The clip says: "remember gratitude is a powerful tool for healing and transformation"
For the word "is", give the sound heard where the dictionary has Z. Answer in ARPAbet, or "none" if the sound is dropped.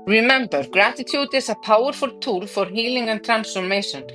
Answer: S